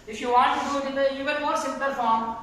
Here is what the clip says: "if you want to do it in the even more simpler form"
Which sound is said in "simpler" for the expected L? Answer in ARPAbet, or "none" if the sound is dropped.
none